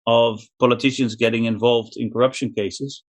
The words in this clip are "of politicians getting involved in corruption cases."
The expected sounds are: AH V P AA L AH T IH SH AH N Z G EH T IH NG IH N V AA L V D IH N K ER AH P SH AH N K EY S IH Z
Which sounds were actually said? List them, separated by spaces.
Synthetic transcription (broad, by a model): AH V P AA L AH T IH SH AH N Z G EH T IH NG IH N V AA L V D IH N K ER AH P SH AH N K EY S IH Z